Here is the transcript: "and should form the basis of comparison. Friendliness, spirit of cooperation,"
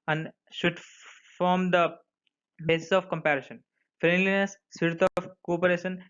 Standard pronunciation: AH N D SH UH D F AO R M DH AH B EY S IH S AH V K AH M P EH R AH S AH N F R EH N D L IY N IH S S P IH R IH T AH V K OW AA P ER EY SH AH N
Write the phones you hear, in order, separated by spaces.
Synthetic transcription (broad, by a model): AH N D SH UH D F AO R M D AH B EY S IH S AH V K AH M P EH R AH SH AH N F R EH N D L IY N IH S S IH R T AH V K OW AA P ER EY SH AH N